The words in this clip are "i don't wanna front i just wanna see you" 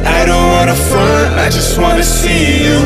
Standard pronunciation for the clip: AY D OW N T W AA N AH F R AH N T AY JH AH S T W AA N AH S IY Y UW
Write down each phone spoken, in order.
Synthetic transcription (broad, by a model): AY D OW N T W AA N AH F AH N AY JH AH S T W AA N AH S IY Y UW